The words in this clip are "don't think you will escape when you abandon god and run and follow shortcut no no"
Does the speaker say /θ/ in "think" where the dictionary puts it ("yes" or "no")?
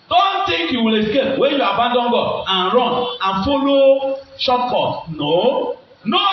no